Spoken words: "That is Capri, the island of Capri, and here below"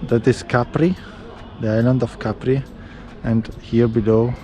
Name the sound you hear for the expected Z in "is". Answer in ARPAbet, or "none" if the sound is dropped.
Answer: S